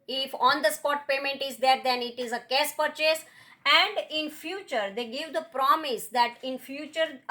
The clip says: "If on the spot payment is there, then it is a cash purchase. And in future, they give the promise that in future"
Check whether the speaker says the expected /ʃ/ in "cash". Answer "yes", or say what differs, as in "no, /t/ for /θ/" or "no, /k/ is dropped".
no, /s/ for /ʃ/